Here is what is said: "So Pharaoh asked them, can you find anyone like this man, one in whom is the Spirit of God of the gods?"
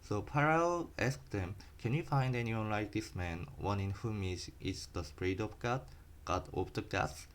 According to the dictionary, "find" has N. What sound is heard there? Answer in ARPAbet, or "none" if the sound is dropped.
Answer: N